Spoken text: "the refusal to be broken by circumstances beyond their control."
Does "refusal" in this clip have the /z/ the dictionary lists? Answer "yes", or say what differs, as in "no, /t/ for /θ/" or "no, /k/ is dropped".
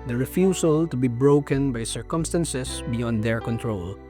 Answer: no, /s/ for /z/